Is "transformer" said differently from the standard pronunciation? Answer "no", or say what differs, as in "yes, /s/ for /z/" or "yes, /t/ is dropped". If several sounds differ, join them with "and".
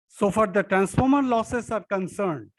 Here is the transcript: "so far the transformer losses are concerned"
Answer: no